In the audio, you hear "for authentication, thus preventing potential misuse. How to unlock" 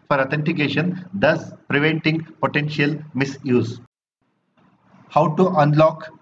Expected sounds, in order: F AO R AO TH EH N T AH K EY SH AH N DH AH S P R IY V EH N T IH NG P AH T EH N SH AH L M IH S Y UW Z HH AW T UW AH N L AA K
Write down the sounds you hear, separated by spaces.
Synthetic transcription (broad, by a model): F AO R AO T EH N T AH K EY SH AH N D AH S P R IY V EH N T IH NG P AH T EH N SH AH L M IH S Y UW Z HH AW T UW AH N L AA K